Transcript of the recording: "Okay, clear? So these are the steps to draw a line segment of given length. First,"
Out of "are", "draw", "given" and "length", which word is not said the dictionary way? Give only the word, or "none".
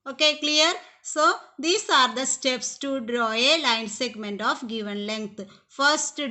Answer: length